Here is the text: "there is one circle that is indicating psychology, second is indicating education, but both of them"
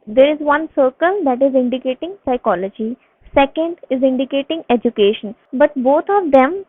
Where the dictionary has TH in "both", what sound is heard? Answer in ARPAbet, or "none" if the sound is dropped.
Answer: T